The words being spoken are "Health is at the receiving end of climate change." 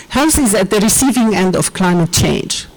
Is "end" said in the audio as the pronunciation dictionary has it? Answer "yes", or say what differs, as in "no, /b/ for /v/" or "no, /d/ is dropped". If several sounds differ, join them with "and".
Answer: yes